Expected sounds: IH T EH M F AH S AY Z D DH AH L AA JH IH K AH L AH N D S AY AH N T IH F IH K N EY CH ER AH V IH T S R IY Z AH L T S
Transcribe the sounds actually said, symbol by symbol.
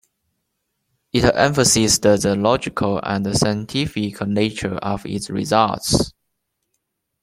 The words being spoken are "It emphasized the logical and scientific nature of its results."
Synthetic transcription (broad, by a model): IH T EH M F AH S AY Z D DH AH L AA JH IH K AH L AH N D S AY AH N T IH F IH K N EY CH ER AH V IH T S R IY Z AH L T S